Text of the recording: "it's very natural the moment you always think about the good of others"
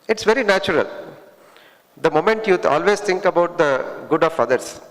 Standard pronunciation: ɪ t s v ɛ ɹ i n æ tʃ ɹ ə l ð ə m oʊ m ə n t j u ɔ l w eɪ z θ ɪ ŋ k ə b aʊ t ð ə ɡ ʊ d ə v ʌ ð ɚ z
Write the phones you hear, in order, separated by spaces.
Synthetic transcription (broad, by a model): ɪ t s v ɛ ɹ i n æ tʃ ɹ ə l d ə m oʊ m ə n t j u ɔ l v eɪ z t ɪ ŋ k ə b aʊ t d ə ɡ ʊ d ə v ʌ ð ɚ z